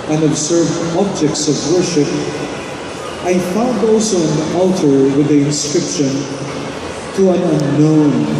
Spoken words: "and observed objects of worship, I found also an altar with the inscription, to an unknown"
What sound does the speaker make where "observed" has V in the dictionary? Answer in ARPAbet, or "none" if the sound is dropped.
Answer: V